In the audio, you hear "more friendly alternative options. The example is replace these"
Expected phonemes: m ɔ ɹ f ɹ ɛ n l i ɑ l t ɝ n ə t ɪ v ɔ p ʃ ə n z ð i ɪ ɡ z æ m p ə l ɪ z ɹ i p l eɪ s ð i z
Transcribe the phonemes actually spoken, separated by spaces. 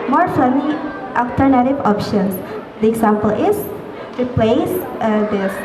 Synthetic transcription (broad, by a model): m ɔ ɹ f ɛ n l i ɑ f t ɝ n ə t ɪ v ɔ p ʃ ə n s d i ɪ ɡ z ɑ m p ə l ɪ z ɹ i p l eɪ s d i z